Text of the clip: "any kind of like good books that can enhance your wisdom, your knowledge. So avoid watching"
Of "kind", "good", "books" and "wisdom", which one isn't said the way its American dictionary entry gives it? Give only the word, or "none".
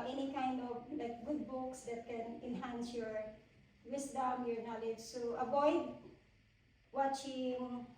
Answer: wisdom